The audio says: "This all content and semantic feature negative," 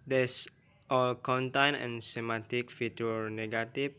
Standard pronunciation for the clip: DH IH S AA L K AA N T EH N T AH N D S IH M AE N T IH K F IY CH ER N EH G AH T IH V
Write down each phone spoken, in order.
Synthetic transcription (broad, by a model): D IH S AA L K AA N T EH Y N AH N S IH M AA T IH K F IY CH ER N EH G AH T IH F